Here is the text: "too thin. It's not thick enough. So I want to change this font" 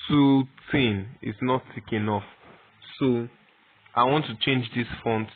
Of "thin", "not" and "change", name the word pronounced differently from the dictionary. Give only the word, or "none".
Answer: thin